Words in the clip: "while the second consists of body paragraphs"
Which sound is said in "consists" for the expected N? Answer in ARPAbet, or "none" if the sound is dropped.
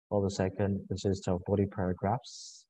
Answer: none